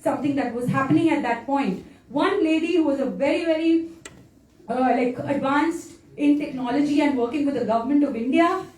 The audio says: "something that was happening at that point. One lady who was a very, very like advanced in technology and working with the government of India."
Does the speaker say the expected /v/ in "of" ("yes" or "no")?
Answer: yes